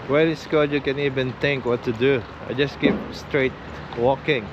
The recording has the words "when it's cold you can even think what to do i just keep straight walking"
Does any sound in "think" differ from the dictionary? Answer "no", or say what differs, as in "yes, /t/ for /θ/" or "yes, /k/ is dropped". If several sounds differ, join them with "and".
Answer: yes, /t/ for /θ/